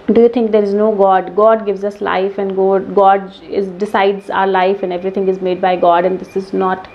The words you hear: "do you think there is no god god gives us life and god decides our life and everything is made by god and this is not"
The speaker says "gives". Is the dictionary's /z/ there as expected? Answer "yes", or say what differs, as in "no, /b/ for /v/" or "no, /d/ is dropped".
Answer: yes